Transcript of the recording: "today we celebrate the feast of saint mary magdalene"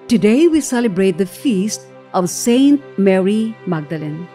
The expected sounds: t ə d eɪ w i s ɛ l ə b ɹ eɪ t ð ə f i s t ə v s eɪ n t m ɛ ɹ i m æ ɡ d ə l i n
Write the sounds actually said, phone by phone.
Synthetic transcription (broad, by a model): t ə d eɪ w i s ɛ l ə b ɹ eɪ t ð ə f i s t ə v s eɪ n t m ɛ ɹ i m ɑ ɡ d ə l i n